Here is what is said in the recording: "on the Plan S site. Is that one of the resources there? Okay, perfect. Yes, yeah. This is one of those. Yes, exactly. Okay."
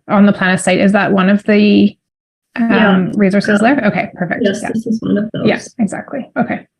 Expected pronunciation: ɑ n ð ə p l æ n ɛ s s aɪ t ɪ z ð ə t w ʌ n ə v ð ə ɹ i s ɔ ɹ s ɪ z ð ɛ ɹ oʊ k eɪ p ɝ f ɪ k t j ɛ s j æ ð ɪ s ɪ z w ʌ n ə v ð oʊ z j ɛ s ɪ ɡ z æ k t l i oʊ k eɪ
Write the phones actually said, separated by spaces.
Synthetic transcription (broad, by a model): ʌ n ð ə p l æ n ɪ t s aɪ t ɪ z ð ə t w ʌ n ə v ð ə ɹ i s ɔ ɹ s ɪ z ð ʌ ɹ oʊ k eɪ p ɝ f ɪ k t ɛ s j æ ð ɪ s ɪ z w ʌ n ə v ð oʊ j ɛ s ɪ ɡ z æ k t l i oʊ k eɪ